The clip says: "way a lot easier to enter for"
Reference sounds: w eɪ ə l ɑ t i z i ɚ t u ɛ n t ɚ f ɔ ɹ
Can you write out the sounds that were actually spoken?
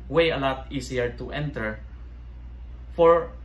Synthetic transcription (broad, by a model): w eɪ ə l ɑ t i s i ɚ t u ɛ n t ɚ f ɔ ɹ